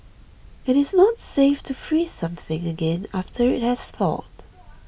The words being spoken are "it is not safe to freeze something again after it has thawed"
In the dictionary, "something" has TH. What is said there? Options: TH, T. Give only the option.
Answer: TH